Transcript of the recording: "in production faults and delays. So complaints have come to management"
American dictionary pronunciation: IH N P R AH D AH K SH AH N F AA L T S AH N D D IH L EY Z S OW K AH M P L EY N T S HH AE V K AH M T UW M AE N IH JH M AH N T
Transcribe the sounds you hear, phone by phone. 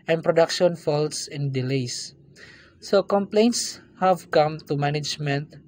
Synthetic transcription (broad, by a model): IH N P R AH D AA K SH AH N F AA L T S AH N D D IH L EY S S OW K AH M P L EY N T S HH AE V K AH M T UW M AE N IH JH M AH N T